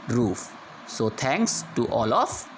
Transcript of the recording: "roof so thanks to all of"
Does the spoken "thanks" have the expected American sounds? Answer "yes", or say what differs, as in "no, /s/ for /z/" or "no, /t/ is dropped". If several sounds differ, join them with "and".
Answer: no, /t/ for /θ/